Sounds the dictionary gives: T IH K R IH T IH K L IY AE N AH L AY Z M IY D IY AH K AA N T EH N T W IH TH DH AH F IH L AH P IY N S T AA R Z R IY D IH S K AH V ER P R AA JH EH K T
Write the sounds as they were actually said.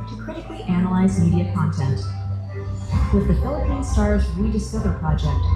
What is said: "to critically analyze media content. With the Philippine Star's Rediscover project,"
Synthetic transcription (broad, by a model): T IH K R IH T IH K L IY AE N AH L AY Z M IY D IY AH K AA N T EH N T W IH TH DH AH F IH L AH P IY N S T AA R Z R IY D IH S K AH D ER P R AA JH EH K T